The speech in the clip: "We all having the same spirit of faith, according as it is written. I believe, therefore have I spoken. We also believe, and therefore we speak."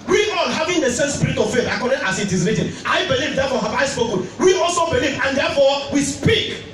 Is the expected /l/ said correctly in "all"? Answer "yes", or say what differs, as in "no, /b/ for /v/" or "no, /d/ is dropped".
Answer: no, /n/ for /l/